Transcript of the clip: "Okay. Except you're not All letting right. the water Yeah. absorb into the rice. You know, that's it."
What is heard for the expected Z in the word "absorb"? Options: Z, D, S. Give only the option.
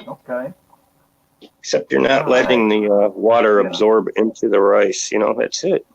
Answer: Z